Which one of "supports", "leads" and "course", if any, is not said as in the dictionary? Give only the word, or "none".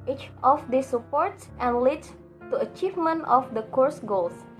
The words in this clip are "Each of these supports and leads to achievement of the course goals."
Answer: leads